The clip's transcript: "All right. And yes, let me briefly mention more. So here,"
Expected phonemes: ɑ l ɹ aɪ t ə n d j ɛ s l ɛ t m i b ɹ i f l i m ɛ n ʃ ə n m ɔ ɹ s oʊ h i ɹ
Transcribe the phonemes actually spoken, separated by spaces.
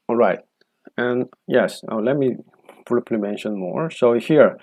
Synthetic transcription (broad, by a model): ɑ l ɹ aɪ t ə n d j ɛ s l ɛ t m i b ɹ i p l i m ɛ n ʃ ə n m ɔ ɹ s oʊ h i ɹ